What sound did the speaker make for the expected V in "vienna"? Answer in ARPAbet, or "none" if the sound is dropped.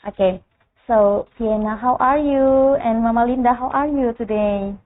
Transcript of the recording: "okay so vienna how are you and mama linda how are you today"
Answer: P